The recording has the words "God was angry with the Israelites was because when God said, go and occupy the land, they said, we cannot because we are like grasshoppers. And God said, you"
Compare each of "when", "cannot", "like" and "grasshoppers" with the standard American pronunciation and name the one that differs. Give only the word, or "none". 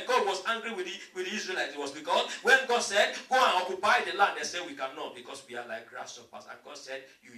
grasshoppers